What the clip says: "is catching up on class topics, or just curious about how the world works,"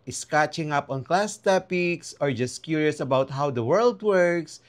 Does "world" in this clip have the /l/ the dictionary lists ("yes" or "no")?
yes